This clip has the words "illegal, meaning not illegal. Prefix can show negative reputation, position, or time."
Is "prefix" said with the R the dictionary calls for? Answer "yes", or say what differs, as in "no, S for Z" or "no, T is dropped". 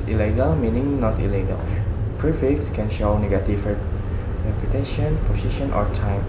yes